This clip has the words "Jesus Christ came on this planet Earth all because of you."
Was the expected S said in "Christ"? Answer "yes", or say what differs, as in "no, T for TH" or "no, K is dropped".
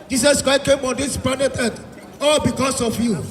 no, S is dropped